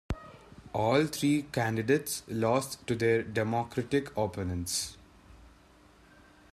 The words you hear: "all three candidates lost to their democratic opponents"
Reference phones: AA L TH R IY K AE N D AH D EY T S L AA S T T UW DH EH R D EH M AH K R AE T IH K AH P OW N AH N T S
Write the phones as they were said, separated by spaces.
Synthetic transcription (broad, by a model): AA L T R IY K AE N D AH D EY T S L AA S T T UW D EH R D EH M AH K R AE T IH K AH P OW N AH N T S